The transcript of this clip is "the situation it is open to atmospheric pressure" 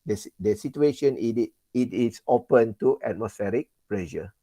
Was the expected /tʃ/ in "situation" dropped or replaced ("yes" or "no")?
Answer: yes